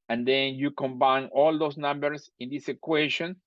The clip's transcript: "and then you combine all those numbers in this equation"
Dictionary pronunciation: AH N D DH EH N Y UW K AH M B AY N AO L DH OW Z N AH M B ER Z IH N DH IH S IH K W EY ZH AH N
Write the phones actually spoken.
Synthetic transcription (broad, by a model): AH N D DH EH N Y UW K AH M B AY N AO L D OW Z N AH M B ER S IH N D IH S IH K W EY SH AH N